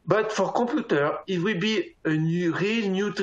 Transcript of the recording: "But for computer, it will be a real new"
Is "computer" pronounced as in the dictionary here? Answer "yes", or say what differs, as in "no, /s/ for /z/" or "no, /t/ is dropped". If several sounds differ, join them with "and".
no, /m/ is dropped